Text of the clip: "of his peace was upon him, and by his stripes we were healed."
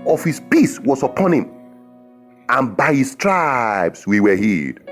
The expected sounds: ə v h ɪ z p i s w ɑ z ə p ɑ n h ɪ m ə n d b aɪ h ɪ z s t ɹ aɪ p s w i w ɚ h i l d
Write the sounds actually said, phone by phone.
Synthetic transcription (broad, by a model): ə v h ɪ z p i s w ɑ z ə p ɑ n h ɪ m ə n b aɪ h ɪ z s t ɹ aɪ b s w i w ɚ h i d